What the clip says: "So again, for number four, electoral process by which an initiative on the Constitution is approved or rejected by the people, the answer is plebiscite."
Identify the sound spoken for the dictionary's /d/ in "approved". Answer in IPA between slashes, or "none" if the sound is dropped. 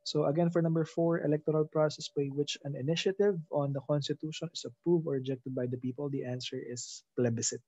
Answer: none